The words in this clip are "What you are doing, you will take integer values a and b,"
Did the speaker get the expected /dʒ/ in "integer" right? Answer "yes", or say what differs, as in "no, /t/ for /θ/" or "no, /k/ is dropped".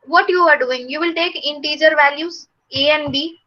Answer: yes